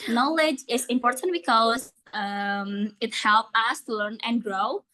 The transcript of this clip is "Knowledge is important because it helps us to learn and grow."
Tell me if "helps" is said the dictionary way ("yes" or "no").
no